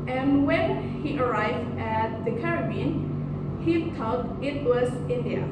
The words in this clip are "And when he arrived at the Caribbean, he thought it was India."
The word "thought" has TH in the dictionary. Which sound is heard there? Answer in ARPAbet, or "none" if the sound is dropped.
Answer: T